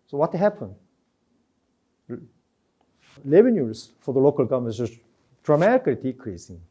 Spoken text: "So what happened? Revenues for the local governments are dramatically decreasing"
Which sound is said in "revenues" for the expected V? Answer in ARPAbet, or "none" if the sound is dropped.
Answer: B